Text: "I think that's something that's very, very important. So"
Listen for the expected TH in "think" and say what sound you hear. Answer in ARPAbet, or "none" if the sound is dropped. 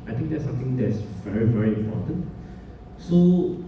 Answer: T